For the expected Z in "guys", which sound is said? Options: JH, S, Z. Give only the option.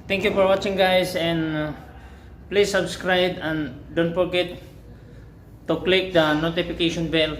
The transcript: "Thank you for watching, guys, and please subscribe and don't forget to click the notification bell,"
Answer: S